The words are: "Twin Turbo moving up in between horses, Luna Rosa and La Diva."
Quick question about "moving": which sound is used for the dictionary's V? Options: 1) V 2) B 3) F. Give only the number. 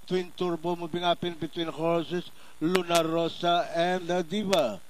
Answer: 2